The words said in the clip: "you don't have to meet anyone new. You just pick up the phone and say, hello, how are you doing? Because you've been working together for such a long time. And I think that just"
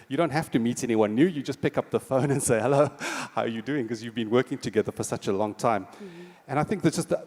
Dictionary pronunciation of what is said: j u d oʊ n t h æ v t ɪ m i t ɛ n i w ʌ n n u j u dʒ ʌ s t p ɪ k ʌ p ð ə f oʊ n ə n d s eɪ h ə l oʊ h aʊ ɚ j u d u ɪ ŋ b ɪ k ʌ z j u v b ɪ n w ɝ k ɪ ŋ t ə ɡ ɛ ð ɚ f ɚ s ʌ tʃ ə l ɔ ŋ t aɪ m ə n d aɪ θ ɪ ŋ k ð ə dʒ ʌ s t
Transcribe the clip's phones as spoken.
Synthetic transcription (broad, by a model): j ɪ d oʊ n t h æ f t ɪ m i t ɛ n i w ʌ n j u j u dʒ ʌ s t p ɪ k ʌ p ð ə f oʊ n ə n s eɪ h ə l oʊ h aʊ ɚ j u d u ɪ ŋ k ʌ z j u v b ɪ n w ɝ k ɪ ŋ t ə ɡ ɛ ð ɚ f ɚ s ʌ tʃ ə l ɔ ŋ t aɪ m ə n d aɪ θ ɪ ŋ k ð ə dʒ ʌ s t